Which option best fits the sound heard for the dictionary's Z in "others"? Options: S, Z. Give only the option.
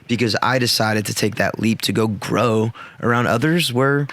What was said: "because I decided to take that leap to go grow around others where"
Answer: Z